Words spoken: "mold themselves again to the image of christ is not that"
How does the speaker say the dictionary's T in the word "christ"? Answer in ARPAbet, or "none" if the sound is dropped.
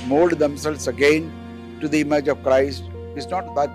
T